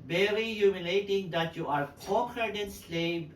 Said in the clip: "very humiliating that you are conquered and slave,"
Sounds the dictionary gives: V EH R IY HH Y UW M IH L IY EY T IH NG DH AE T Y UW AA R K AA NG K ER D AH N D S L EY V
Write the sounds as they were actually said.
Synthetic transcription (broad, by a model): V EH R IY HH Y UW M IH L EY T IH NG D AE T Y UW AA R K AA K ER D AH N S L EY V